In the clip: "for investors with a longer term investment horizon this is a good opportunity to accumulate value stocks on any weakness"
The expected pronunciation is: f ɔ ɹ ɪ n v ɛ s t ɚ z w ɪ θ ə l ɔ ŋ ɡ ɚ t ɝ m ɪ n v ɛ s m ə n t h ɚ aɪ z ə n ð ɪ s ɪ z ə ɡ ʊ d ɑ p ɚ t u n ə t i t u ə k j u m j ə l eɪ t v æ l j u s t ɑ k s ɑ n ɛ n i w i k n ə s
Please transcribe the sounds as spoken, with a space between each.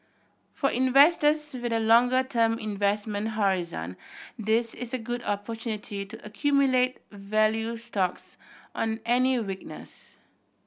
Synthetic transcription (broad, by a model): f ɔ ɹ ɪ n v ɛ s t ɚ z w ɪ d ə l ɔ ŋ ɡ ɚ t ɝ m ɪ n v ɛ s m ə n t h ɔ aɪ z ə n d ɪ s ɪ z ə ɡ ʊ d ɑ p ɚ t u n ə t i t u ə k j u m j ə l eɪ t v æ l j u s t ɑ k s ɑ n ɛ n i w i k n ə s